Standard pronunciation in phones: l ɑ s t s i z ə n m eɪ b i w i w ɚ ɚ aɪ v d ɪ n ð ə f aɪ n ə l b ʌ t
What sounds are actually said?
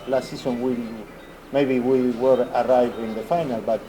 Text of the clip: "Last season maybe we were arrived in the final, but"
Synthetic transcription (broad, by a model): l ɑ s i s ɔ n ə l m eɪ b i w i w ɚ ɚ aɪ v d ɪ n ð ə f aɪ n ə l b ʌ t